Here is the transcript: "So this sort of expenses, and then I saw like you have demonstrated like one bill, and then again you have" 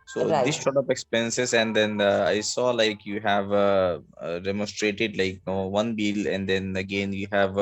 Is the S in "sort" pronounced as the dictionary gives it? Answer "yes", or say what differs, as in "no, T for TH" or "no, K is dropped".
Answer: no, SH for S